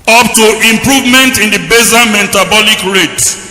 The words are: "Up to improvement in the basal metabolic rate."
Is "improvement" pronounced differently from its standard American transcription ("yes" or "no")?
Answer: no